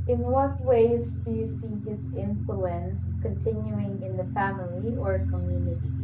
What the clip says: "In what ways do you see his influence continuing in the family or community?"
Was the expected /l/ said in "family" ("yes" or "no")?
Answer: yes